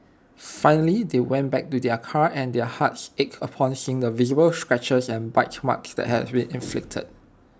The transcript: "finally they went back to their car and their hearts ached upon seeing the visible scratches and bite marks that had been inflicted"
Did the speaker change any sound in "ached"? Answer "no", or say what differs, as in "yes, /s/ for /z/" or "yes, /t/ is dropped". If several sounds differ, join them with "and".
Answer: yes, /t/ is dropped